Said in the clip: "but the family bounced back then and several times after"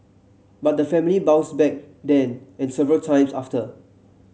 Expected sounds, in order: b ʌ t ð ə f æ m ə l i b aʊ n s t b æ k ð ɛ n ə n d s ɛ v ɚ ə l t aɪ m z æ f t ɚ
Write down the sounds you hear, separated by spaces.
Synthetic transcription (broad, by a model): b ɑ t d ə f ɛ m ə l i b aʊ s b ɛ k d ɛ n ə n s ɛ v ɚ ə l t aɪ m s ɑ f t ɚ